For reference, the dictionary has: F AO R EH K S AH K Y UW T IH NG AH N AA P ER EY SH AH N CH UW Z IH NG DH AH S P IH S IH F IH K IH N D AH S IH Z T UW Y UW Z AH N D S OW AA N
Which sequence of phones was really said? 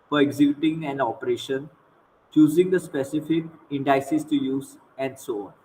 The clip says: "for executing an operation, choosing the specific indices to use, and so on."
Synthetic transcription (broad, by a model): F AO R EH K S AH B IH T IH NG AH N AA P ER EY SH AH N CH UW Z IH NG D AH S P IH S IH F IH K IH N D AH S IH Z T UW Y UW Z AH N D S OW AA N